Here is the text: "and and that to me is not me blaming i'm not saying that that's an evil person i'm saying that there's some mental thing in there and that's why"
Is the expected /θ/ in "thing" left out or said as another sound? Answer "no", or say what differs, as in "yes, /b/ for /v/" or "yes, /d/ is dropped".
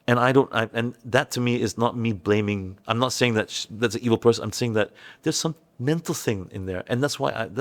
no